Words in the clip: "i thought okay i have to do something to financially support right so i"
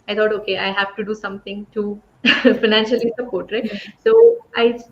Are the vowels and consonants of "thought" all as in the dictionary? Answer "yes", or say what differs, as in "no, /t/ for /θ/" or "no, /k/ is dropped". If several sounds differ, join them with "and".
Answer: no, /t/ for /θ/